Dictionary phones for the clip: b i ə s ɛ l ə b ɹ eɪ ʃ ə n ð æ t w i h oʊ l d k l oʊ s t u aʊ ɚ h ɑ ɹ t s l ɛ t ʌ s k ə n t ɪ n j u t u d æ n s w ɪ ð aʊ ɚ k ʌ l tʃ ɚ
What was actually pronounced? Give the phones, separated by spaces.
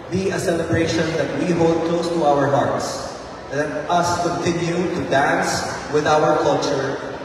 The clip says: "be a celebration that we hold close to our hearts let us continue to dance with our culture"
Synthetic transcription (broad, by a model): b i ə s ɛ l ə b ɹ eɪ ʃ ə n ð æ t w i h oʊ l d k l oʊ s t u aʊ ɚ h ɑ ɹ t s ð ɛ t ʌ s k ə n t ɪ n j u t u d æ n s w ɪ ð aʊ ɚ k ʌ l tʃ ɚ